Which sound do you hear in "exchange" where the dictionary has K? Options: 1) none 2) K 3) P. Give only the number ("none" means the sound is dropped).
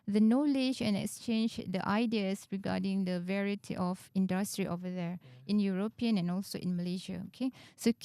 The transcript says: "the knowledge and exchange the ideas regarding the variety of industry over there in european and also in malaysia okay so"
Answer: 2